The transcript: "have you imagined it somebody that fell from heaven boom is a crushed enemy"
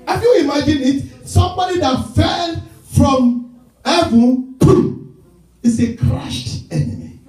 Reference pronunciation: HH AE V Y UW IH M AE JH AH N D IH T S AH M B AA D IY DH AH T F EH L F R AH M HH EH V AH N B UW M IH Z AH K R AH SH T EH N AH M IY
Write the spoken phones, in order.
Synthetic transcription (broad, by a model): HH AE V Y UW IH M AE JH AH N IH T S AH M B AA D IY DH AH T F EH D F R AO M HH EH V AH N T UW IH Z AH K R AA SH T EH N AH M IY